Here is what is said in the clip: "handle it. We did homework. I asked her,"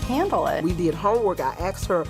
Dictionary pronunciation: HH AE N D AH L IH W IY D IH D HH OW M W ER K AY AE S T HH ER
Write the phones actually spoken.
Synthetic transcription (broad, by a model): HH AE N D L IH W IY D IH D HH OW W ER K AY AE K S HH ER